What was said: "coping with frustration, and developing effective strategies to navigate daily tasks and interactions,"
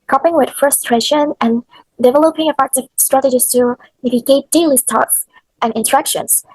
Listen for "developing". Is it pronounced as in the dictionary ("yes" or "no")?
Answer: yes